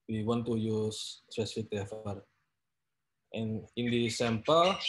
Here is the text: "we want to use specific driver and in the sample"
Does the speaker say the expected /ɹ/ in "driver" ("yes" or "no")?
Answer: no